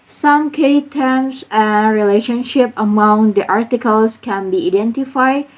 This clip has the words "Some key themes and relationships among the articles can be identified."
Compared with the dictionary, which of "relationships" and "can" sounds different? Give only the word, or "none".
relationships